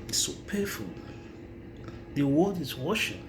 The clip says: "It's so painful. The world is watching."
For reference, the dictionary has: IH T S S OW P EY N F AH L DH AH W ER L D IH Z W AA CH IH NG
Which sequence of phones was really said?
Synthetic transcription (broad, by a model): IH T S S OW P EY F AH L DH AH W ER D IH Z W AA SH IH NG